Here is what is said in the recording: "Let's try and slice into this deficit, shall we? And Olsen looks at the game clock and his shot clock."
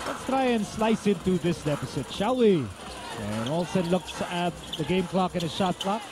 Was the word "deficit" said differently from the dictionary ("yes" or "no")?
yes